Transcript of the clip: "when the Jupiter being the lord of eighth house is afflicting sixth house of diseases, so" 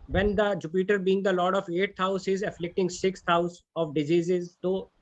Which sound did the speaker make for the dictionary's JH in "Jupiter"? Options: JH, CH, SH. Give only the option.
JH